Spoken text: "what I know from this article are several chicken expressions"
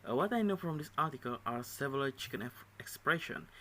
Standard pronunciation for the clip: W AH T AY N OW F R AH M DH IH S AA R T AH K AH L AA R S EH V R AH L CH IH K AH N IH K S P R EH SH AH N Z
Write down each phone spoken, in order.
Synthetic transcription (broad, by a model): W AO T AY N OW F R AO M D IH S AA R T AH K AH L AA R S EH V AH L CH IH K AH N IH K S P R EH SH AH N